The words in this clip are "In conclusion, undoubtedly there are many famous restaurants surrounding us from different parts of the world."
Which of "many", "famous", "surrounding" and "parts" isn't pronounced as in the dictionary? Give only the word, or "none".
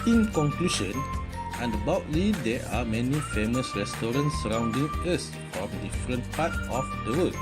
parts